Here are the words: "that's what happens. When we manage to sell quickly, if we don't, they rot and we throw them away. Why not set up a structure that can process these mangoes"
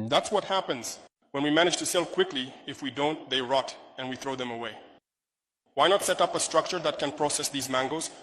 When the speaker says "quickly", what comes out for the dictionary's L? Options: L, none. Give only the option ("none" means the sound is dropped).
L